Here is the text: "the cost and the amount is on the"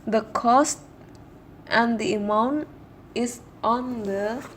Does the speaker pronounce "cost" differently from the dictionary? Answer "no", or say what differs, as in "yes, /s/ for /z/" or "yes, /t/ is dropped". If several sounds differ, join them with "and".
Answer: no